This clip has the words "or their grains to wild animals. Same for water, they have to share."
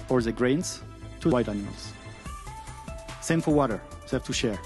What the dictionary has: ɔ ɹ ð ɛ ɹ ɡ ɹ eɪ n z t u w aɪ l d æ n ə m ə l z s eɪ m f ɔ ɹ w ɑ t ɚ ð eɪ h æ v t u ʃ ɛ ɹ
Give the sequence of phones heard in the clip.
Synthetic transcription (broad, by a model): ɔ ɹ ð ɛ ɡ ɹ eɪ n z t u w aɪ d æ n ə m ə l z s eɪ m f ɔ ɹ w ɑ t ɚ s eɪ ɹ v t u ʃ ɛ ɹ